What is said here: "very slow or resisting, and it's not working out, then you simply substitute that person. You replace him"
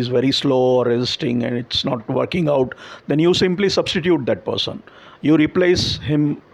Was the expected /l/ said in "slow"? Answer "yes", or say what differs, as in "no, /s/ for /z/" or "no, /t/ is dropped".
yes